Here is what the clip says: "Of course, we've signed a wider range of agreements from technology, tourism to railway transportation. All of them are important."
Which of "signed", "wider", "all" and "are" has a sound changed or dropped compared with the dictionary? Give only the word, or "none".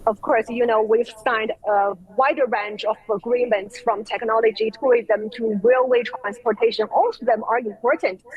none